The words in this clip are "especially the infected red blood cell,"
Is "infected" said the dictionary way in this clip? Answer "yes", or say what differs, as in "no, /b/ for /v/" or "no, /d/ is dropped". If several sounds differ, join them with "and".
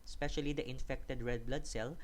yes